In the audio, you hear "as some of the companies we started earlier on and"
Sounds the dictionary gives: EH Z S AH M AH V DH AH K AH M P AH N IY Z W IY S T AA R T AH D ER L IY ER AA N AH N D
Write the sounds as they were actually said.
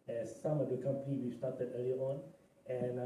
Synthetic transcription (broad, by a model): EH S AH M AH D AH K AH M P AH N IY W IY S T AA T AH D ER L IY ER AA N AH N